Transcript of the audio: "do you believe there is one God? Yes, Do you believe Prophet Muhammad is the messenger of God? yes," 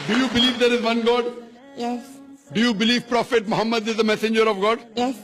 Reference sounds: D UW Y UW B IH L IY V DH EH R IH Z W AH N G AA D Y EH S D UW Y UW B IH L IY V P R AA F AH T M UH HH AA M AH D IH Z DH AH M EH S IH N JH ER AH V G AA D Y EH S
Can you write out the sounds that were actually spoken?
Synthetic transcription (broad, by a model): D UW Y UW B IH L IY V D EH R IH Z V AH N G AA D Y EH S D UW Y UW B IH L IY V P R AA F AH T M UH HH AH M AH D IH Z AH M EH S IH N JH ER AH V G AA D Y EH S